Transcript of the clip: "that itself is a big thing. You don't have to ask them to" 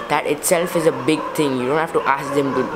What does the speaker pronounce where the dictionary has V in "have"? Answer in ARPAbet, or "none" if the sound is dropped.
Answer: F